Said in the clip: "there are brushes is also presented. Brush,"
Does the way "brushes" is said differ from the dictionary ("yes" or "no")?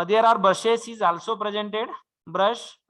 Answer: yes